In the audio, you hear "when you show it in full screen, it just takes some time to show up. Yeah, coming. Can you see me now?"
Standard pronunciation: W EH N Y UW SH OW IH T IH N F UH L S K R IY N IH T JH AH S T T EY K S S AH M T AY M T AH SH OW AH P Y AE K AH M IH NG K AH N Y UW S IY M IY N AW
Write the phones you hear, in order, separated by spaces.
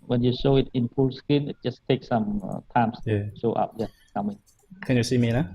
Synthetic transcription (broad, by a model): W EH N Y UW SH OW IH T IH N P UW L S K IY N IH T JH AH S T T EY K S S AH M T AY M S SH OW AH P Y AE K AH M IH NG K AH N Y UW S IY M IY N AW